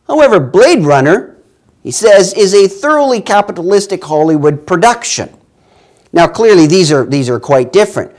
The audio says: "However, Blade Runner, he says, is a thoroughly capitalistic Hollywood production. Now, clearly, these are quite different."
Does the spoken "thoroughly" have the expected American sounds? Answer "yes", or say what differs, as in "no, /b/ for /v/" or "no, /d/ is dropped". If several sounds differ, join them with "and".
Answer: yes